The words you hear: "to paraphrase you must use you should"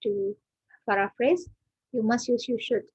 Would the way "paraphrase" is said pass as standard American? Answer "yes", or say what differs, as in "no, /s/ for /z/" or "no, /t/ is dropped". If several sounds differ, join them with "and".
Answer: no, /f/ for /p/